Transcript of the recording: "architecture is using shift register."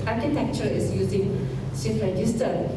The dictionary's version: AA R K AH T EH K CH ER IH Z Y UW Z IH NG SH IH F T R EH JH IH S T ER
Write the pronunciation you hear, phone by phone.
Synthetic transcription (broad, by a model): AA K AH T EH K CH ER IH S Y UW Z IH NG S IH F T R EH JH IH S T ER